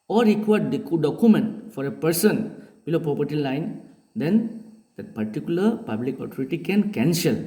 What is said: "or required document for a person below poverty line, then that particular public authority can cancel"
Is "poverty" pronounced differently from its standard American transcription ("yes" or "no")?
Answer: yes